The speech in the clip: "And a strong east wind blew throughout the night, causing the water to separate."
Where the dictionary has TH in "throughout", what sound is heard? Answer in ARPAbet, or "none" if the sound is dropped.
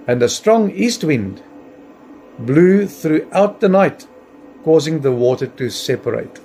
TH